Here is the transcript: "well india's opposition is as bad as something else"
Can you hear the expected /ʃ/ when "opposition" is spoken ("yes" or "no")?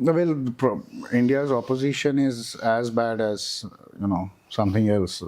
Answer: yes